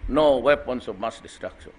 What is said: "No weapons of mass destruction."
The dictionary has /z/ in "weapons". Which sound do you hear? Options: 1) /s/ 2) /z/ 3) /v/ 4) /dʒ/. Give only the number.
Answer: 1